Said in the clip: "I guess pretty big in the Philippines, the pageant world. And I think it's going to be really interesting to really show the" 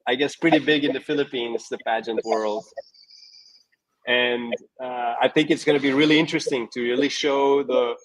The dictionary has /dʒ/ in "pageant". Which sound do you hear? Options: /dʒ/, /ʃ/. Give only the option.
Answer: /dʒ/